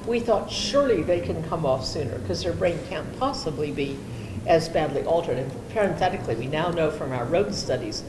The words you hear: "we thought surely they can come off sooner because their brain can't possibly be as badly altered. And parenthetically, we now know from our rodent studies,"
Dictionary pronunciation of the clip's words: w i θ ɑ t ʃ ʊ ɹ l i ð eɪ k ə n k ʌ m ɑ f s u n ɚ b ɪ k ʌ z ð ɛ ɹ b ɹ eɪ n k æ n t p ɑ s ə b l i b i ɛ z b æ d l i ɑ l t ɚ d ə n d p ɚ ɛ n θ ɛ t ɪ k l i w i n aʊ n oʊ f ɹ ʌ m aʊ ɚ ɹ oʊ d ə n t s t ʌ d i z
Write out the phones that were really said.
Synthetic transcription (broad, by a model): w i θ ɑ t ʃ ʊ ɹ l i ð eɪ k ə n k ʌ m ɑ f s u n ɚ k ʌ z ð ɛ ɹ b ɹ eɪ n k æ n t p ɑ s ə b l i b i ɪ z b æ d l i ɑ l t ɚ d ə n p ɚ ɛ n θ ɛ t ɪ k l i w i n aʊ n oʊ f ɹ ʌ m aʊ ɚ ɹ oʊ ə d s t ʌ d i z